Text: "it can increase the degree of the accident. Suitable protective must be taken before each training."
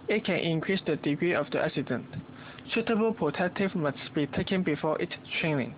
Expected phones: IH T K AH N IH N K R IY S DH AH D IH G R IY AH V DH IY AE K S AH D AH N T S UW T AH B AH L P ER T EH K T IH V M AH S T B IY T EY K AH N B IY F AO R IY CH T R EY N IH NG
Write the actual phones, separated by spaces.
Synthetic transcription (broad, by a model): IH T K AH N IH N K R IY S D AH D IH G R IY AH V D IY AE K S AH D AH N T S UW T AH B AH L P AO T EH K T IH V M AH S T B IY T EY K AH N B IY F AO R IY S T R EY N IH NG